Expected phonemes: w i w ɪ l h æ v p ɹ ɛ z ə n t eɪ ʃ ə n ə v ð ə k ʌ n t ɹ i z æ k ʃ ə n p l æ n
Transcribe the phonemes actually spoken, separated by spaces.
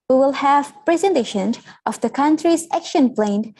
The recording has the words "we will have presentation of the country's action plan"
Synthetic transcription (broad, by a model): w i w ɪ l h æ v p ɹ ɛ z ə n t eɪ ʃ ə n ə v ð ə k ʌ n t ɹ i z æ k ʃ ə n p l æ n